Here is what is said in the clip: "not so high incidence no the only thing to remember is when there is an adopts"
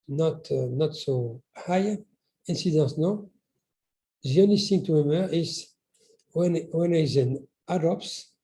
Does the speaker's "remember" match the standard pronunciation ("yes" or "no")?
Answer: no